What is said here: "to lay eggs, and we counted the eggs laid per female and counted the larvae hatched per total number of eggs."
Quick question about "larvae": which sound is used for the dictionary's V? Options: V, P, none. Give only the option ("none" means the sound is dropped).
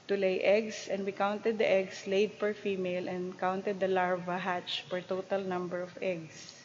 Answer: V